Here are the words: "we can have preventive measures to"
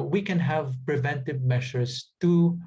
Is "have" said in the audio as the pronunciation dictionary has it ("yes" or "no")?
yes